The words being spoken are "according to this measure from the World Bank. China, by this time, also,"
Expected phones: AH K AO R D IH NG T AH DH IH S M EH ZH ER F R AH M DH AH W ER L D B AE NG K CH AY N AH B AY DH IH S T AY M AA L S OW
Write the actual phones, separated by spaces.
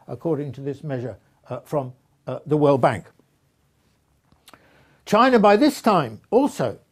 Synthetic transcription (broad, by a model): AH K AO R D IH NG T AH DH IH S M EH ZH ER F R AH M DH AH W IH L B AE NG K CH AY N AH B AY DH IH S T AY M AA L S OW